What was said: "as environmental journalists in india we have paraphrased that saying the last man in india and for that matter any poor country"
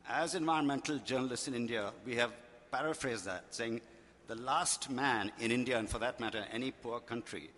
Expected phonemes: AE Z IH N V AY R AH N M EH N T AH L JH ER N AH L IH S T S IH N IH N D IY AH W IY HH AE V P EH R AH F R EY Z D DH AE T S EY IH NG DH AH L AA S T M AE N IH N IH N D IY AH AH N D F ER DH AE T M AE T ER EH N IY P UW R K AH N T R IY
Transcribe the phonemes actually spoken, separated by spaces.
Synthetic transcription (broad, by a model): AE Z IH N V AY AH N M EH N T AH L JH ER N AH L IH S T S IH N IH N D IY AH W IY HH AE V P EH R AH F R EY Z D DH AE T S EY IH NG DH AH L AA S T M AE N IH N IH N D IY AH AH N F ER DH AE T M AE T ER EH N IY P UW R K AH N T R IY